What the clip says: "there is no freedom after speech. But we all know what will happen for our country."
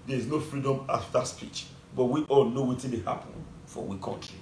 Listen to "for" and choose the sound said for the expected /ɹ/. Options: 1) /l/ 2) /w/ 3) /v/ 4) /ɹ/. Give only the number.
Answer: 2